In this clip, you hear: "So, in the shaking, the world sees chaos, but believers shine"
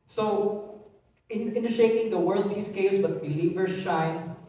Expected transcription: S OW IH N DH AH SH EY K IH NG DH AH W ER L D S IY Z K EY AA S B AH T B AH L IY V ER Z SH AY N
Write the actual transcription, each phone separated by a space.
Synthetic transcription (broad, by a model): S OW IH N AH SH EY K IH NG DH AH W ER L D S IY S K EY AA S B AH T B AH L IY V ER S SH AY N